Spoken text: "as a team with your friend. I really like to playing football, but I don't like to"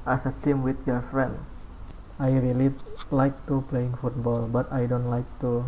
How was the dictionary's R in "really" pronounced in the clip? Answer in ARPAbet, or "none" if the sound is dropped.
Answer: R